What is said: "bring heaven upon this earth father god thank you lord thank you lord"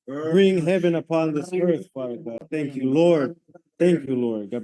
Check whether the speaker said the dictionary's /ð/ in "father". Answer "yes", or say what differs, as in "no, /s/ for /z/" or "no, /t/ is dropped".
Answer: no, /ð/ is dropped